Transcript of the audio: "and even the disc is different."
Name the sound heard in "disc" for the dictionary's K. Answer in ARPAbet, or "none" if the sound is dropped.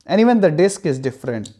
K